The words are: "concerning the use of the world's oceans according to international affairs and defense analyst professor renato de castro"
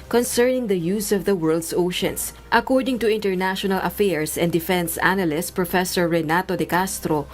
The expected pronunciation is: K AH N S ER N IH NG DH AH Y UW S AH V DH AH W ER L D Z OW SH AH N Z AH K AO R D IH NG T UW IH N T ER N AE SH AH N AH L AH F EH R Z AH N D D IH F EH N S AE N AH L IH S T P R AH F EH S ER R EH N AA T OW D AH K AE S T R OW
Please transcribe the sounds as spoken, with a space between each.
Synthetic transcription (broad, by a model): K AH N S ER N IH NG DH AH Y UW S AH V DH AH W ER L D S OW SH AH N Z AH K AO R D IH NG T UW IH N T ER N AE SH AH N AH L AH F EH R S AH N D D IH F EH N S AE N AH L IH S T P R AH F EH S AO R EH N AA T OW D AH K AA S T R OW